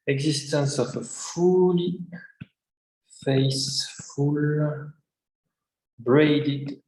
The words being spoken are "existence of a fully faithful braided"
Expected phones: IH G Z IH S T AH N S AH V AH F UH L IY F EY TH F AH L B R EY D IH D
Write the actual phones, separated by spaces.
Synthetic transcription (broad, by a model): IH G Z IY S T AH N S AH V AH F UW L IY F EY S F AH L B R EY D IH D